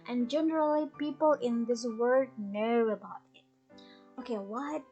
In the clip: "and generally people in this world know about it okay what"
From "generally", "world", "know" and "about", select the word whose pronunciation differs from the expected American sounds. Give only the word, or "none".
world